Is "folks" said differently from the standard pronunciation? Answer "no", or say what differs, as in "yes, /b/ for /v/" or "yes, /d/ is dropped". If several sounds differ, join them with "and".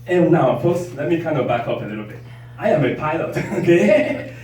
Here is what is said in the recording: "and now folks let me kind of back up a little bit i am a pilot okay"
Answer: yes, /p/ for /f/ and /k/ is dropped